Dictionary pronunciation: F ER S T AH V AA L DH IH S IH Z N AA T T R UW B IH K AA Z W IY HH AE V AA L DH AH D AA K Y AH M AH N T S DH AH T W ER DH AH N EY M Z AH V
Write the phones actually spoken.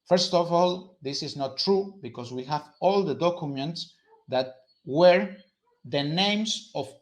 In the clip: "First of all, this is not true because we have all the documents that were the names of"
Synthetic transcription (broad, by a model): F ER S T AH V AA L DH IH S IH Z N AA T T R UW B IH K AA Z W IY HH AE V AA L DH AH D AA K Y AH M AH N T S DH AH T W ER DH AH N EY M S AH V